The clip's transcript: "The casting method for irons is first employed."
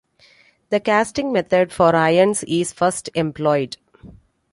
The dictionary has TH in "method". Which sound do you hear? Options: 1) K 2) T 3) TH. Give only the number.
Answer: 2